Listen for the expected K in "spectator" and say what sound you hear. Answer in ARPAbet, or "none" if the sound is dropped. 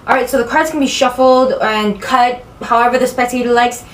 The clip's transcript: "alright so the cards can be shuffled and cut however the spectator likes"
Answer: none